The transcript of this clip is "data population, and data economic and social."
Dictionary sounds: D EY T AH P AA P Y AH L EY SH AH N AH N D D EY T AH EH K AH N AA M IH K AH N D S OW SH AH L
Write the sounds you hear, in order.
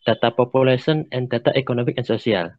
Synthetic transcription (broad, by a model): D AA T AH P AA P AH L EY S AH N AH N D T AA T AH K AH N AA M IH K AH N S OW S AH L